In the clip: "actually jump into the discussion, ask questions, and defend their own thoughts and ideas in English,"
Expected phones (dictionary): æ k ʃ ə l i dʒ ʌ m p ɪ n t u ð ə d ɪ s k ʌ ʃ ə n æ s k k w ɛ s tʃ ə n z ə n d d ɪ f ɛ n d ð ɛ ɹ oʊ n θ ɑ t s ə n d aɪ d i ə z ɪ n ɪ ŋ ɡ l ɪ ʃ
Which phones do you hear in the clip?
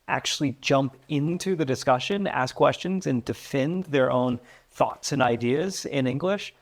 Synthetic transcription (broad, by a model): æ k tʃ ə l i dʒ ʌ m p ɪ n t u ð ə d ɪ s k ʌ ʃ ə n æ s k k w ɛ s tʃ ə n z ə n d d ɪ f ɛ n ð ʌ ɹ oʊ n θ ɑ t s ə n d aɪ d i ə z ɪ n ɪ ŋ ɡ l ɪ ʃ